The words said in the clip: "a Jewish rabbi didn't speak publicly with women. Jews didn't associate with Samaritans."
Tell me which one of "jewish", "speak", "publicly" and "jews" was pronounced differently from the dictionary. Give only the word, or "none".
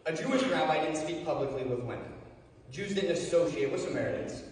none